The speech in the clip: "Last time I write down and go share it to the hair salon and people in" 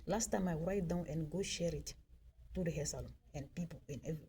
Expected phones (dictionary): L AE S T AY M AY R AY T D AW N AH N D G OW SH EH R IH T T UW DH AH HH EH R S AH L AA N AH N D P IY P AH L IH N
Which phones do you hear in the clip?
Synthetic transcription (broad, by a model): L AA S T AY M AY R AY T D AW N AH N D G OW SH EH R IH T T UW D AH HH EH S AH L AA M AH N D P IY P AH N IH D